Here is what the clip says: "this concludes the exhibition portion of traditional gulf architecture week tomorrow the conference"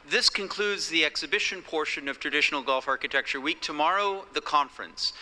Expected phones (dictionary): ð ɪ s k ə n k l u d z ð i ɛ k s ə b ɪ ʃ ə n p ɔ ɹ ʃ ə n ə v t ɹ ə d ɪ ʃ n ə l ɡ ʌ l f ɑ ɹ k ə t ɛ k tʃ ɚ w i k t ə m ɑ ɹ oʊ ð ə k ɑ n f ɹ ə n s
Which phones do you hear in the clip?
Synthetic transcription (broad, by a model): ð ɪ s k ə n k l u d z ð i ɛ k s ə b ɪ ʃ ə n p ɔ ɹ ʃ ə n ə v t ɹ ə d ɪ ʃ n l ɡ ʌ l f ɑ ɹ k ə t ɛ k tʃ ɚ w i k t ə m ɑ ɹ oʊ ð ə k ɑ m f ɹ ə n s